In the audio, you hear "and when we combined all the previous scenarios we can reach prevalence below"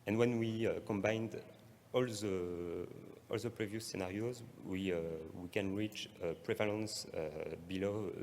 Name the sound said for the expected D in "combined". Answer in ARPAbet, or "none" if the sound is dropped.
D